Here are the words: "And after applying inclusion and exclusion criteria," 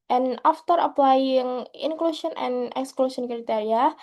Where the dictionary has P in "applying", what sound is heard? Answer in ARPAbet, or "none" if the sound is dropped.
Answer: P